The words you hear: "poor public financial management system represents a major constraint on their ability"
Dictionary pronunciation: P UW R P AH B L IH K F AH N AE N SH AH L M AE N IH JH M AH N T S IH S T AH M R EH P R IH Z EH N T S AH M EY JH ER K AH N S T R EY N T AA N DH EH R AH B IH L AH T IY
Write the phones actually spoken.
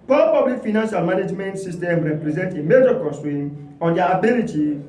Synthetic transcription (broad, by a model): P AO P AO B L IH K F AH N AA N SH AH L M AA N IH JH M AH N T S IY S T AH M R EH P R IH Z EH N T AH M EY JH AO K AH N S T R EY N AA N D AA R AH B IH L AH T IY